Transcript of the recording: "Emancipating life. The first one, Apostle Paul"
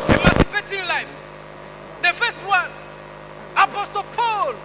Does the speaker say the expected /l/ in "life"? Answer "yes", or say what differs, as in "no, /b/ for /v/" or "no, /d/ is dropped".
yes